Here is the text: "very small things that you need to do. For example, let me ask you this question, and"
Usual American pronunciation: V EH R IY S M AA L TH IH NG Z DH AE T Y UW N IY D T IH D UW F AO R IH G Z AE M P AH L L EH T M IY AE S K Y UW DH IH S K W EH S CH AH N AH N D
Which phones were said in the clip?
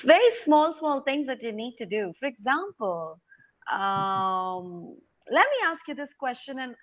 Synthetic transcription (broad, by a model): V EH R IY S M AA L T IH NG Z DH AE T Y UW N IY D T IH D UW F AO R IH G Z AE M P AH L L EH T M IY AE S K Y UW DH IH S K W EH S CH AH N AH N